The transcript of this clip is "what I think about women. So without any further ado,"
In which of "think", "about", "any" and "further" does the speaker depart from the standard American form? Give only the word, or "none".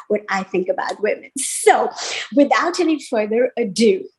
none